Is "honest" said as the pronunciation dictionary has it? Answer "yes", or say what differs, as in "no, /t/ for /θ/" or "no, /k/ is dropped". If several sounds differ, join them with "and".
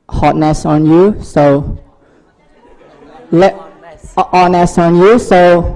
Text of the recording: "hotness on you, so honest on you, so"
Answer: no, /t/ is dropped